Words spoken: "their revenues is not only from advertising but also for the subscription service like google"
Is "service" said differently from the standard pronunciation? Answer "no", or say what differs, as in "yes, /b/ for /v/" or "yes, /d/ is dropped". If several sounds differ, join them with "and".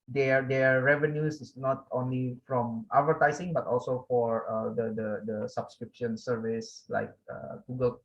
no